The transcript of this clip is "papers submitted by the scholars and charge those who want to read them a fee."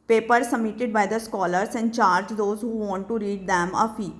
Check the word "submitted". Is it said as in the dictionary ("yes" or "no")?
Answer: no